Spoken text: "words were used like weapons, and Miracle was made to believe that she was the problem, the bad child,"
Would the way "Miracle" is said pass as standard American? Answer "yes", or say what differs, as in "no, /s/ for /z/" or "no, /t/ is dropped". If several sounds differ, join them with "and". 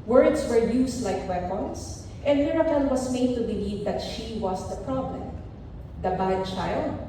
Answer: no, /n/ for /l/